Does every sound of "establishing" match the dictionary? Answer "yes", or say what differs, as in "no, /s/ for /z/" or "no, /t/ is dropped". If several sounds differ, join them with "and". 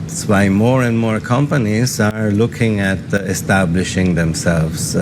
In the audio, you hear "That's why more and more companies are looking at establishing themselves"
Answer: yes